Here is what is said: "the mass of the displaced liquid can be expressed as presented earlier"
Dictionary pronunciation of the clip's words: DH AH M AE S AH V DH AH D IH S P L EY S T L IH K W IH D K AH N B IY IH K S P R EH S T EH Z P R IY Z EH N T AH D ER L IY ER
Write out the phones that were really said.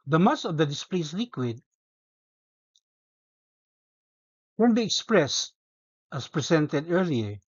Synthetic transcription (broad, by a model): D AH M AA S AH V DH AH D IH S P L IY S L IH K W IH D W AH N B IY IH K S P R EH S T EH S P R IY S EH N T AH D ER L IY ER